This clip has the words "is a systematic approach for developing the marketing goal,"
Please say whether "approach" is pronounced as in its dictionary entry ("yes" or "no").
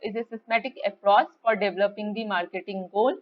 no